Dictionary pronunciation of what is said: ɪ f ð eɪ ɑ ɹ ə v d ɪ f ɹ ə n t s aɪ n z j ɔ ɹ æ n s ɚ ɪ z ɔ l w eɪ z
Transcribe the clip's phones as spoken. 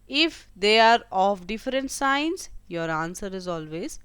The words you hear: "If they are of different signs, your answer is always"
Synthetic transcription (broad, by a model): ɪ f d eɪ ɑ ɹ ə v d ɪ f ɹ ə n t s aɪ n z j ɔ ɹ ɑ n s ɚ ɪ z ɔ l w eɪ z